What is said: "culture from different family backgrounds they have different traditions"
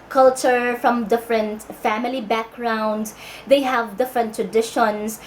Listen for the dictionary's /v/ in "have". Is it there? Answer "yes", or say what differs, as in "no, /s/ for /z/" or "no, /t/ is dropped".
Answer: yes